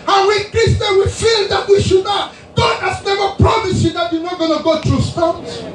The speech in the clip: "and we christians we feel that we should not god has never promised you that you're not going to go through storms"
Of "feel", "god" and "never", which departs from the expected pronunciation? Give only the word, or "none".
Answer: none